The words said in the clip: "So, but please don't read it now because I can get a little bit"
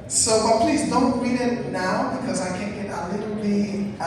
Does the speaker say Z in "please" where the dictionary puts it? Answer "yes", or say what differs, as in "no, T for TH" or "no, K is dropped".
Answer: yes